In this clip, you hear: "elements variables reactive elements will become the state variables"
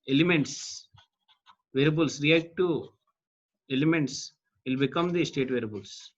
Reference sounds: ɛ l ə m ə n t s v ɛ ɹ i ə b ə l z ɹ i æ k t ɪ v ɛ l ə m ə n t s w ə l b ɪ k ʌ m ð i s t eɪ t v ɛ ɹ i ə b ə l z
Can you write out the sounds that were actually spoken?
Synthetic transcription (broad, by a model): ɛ l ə m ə n t s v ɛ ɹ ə b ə l s ɹ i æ k t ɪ ɛ l ə m ə n t s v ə l b ɪ k ʌ m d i s t eɪ t v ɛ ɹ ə b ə l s